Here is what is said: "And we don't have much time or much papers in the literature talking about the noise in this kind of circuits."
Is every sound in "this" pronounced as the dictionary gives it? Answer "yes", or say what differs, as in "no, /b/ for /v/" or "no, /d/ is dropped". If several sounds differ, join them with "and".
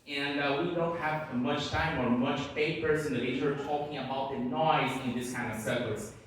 yes